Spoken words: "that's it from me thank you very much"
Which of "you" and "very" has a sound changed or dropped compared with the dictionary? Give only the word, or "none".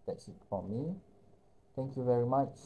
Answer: none